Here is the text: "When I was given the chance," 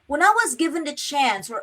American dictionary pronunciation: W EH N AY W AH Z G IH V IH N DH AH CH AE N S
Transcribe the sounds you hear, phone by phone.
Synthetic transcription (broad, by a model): W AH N AY W AH Z G IH V IH N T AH CH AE N S